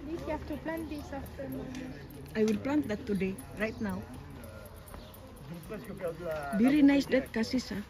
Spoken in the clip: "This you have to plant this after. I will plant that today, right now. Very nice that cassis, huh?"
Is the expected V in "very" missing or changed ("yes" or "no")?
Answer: yes